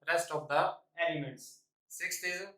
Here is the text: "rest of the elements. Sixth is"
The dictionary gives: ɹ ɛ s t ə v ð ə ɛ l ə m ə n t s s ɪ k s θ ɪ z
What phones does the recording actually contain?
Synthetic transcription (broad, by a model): ɹ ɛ s t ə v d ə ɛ n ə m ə t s s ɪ k s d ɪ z